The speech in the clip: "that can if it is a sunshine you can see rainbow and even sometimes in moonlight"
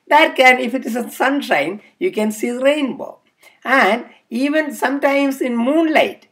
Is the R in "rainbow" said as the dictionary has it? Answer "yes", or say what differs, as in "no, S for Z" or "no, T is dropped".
yes